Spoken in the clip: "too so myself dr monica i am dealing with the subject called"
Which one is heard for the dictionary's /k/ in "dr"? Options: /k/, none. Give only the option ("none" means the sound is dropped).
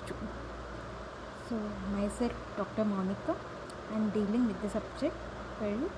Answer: /k/